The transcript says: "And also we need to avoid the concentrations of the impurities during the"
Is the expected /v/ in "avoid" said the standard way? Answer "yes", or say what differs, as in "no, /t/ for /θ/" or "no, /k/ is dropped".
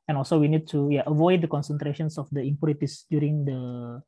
yes